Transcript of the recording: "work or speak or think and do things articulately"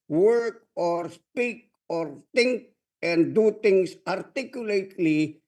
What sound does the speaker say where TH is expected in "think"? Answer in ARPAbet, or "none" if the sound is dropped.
T